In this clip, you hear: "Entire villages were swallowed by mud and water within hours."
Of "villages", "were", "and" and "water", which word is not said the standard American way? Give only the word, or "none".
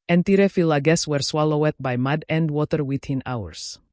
villages